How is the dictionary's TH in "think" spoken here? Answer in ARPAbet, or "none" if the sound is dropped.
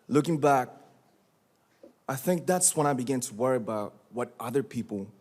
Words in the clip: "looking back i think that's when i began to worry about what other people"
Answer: TH